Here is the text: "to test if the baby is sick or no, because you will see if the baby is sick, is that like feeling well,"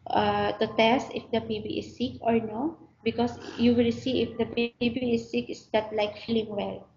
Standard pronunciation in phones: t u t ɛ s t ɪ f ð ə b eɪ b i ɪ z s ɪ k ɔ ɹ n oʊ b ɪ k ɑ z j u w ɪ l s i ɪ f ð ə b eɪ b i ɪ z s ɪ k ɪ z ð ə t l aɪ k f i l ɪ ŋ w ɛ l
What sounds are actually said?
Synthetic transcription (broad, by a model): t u t ɛ s t ɪ f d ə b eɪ b i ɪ s ɪ k ɔ ɹ n oʊ b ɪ k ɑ s j u w ɪ l s i ɪ f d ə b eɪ b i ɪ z s ɪ k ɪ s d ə t l aɪ k f i l ɪ ŋ w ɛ l